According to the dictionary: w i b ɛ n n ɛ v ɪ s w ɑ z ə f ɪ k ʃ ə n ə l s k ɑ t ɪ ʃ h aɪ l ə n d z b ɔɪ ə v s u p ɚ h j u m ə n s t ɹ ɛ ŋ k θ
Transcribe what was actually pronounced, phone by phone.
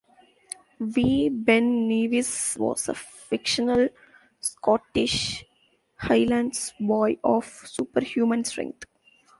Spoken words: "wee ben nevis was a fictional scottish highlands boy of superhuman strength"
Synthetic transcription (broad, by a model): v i b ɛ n n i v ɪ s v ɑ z ə f ɪ k ʃ ə n ə l s k ɑ t ɪ ʃ h aɪ l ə n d s b ɔɪ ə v s u p ɚ h j u m ə n s t ɹ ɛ ŋ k t